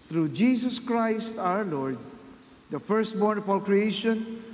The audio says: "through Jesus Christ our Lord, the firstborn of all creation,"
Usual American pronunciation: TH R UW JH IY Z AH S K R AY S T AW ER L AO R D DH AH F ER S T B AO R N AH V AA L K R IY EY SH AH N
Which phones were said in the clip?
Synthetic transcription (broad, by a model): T R UW JH IY S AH S K R AY S T AW ER L AO R D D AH F ER S T B AO R N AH F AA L K R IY EY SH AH N